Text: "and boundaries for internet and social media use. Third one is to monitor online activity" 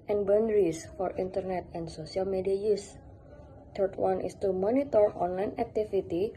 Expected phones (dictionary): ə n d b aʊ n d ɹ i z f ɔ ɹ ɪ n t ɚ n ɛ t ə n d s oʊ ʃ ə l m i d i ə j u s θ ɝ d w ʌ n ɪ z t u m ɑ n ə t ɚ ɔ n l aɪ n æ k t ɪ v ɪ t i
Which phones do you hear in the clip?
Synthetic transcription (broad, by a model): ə n b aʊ n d ɹ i s f ɔ ɹ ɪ n t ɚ n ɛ t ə n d s oʊ s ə l m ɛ d i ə j u s t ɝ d w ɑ n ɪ s t u m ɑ n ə t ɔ ɔ n l aɪ n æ k t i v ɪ t i